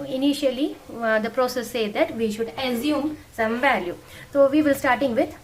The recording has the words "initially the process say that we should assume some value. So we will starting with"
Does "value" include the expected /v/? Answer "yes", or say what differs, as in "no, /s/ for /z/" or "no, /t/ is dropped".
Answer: yes